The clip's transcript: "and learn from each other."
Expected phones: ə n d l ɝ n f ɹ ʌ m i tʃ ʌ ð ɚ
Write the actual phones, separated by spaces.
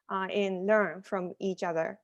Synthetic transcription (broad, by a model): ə n l ɝ n f ɹ ʌ m i tʃ ʌ ð ɚ